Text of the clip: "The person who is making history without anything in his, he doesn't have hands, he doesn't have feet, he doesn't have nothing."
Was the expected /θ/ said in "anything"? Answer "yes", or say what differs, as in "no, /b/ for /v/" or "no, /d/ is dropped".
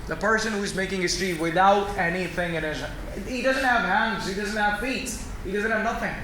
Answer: yes